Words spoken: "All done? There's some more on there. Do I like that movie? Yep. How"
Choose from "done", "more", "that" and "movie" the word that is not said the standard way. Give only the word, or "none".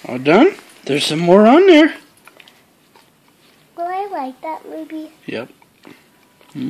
movie